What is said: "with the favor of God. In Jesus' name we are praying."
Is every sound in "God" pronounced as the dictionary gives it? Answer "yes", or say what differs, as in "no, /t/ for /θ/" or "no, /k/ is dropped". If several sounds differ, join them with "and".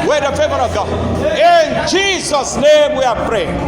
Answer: no, /d/ is dropped